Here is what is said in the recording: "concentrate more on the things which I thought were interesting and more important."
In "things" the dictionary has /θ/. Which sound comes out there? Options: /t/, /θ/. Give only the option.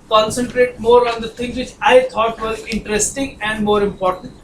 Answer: /t/